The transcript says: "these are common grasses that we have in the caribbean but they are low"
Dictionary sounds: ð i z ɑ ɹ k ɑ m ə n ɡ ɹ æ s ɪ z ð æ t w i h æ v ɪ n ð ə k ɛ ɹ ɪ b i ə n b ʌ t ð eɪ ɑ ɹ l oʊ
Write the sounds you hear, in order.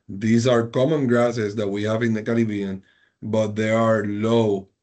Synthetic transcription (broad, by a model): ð i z ɑ ɹ k ɑ m ə n ɡ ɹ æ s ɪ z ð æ t w i h æ v ɪ n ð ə k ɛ l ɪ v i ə n b ʌ t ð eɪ ɑ ɹ l oʊ